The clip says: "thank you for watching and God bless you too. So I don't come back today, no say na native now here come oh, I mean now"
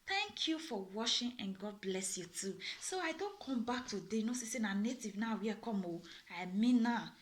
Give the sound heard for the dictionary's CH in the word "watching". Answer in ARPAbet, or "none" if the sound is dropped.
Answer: SH